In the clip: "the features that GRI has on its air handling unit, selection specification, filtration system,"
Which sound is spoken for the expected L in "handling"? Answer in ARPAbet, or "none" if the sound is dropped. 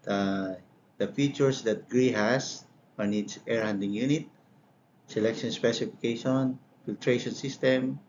none